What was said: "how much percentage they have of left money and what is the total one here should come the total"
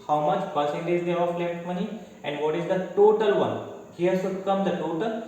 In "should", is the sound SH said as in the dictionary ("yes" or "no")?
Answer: no